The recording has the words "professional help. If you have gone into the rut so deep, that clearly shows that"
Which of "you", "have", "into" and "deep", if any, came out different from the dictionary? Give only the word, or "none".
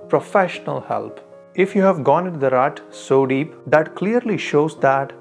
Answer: none